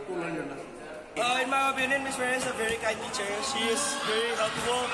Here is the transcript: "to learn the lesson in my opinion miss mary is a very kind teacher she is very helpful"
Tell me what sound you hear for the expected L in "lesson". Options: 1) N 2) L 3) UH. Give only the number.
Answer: 1